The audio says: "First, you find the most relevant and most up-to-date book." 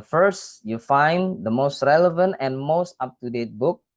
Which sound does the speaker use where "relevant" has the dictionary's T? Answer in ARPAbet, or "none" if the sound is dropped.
T